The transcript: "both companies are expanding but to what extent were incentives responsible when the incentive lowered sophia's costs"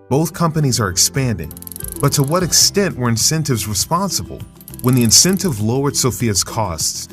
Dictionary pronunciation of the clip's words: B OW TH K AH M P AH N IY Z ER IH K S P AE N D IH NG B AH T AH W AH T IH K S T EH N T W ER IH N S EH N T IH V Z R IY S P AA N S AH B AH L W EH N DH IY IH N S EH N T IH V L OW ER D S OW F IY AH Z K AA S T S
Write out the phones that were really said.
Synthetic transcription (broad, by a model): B OW TH K AH M P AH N IY Z ER IH K S P AE N D IH NG B AH T AH W AH T IH K S T EH N T W ER IH N S EH N T IH V Z R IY S P AA N S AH B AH L W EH N DH IY IH N S EH N T IH V L OW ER S OW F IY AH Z K AA S T S